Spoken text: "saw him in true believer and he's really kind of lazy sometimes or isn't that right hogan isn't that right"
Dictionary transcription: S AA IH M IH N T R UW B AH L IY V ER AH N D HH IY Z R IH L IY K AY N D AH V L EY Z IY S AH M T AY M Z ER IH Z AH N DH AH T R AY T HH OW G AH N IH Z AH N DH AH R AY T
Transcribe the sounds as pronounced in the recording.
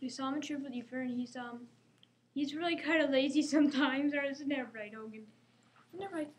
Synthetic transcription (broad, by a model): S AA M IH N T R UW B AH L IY F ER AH N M HH IY Z R IH L IY K AY N D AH L EY Z IY S AH M T AY M Z ER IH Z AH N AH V R AY T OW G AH N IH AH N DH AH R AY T